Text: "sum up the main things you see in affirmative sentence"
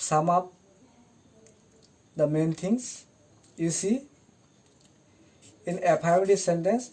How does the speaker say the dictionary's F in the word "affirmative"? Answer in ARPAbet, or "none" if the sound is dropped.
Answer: P